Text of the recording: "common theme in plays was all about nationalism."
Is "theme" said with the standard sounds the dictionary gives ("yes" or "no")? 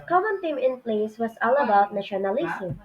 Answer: no